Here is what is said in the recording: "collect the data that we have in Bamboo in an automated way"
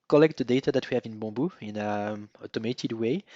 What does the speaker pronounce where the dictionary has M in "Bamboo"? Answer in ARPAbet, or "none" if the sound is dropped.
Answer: none